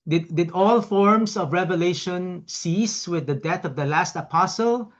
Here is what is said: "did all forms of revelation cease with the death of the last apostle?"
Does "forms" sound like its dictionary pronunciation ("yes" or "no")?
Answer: no